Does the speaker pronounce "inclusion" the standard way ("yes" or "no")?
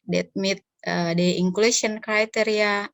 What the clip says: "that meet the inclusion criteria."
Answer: no